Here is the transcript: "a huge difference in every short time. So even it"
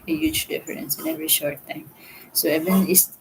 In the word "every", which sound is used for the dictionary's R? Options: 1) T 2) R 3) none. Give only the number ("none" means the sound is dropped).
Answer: 2